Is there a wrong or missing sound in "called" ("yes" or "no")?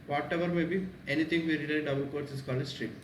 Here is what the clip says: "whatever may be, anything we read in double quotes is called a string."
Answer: yes